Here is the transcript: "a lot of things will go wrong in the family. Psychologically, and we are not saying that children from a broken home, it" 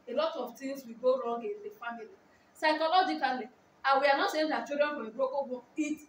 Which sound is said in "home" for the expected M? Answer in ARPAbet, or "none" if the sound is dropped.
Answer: none